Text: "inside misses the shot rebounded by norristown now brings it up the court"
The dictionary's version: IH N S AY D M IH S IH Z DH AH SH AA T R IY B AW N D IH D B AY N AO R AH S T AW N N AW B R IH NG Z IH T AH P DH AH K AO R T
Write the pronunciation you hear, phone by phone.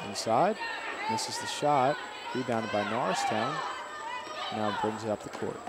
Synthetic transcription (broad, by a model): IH N S AY D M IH S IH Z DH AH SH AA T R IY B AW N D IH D B AY N AO R AH S T AW N N AW B R IH NG Z IH T AH P DH AH K AO R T